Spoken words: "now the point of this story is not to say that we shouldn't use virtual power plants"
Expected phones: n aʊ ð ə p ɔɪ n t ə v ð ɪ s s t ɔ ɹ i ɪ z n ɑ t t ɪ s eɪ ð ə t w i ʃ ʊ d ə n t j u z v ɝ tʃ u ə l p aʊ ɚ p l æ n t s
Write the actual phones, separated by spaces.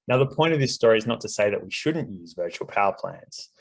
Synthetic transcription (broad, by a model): n aʊ ð ə p ɔɪ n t ə v ð ɪ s s t ɔ ɹ i ɪ z n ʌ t t ɪ s eɪ ð ə t w i ʃ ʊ d n t j u z v ɝ tʃ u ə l p aʊ ɚ p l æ n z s